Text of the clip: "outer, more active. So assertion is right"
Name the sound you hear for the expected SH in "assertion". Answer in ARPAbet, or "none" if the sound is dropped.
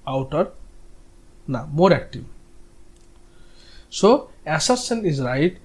S